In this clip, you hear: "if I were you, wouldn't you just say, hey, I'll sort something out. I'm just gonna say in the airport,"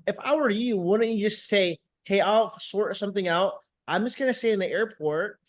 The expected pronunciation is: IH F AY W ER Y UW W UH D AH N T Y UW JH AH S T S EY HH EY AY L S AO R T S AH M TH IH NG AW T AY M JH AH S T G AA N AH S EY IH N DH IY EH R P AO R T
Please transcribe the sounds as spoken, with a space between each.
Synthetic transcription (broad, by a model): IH F AY W ER Y UW W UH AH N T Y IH JH AH S T S EY HH EY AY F S AO R T S AH M TH IH NG AW T AY M JH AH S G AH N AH S EY IH N DH IY EH R P AO R T